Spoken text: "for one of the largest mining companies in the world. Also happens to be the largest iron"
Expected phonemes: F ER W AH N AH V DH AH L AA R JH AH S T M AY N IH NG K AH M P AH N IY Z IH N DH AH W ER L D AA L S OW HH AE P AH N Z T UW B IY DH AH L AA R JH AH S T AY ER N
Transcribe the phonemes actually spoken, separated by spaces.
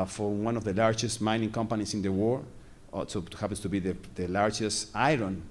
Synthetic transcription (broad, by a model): F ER W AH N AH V DH AH L AA R JH AH S T M AY N IH NG K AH M P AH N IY S IH N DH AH W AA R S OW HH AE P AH N S T UW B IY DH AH L AA R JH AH S T AY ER N